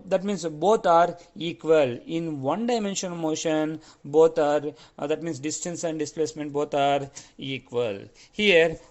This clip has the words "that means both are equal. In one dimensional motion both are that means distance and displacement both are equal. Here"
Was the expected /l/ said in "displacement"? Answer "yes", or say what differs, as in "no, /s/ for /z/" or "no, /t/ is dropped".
yes